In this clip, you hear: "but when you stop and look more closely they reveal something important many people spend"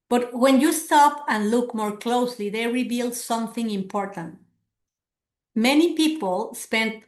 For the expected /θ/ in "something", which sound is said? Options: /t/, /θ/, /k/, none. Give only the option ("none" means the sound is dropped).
/θ/